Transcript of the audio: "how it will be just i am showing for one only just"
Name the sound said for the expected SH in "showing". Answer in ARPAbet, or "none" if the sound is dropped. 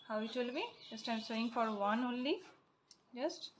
S